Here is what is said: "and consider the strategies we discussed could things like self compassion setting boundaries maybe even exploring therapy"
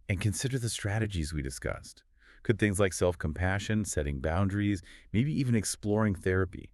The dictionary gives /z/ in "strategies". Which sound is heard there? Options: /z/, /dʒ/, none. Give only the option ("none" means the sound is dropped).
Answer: /z/